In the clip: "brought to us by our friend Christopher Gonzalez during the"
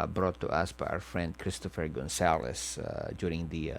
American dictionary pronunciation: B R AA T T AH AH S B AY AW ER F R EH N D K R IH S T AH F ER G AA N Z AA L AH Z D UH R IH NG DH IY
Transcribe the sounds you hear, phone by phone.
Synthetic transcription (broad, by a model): B R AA T T AH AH S B AY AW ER F R EH N D K R IH S T AH F ER G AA N S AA L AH S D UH R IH NG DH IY